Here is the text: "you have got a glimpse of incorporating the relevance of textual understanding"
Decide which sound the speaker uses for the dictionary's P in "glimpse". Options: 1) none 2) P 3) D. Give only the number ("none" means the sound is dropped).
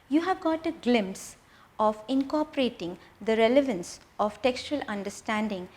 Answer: 2